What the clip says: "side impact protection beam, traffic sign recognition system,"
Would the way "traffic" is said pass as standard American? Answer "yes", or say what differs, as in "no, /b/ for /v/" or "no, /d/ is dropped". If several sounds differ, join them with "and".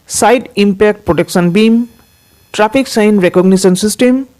no, /p/ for /f/